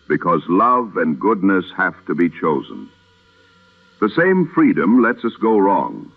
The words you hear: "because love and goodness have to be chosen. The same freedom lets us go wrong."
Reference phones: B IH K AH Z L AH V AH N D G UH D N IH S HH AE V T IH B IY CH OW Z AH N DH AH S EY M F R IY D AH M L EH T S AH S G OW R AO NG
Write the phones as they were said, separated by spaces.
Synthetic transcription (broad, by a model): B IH K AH Z L AH V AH N G UH D N IH S HH AE F T IH B IY CH OW Z AH N DH AH S EY M F R IY D AH M L EH T S AH S G OW R AO NG